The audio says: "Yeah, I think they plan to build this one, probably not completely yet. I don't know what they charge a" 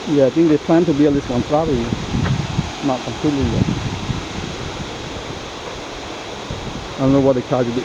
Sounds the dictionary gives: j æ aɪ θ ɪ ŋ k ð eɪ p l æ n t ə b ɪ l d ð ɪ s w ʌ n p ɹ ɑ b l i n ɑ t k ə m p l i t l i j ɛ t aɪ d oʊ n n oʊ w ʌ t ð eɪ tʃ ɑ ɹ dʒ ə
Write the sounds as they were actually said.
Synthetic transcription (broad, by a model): j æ aɪ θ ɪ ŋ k ð eɪ p l æ n t ə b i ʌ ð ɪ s w ʌ n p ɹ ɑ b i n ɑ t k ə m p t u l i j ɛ aɪ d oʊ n n oʊ w ʌ t ð eɪ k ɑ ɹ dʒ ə